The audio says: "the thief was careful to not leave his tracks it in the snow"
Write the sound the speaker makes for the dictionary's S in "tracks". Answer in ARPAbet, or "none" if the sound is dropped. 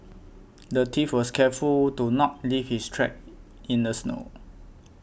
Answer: none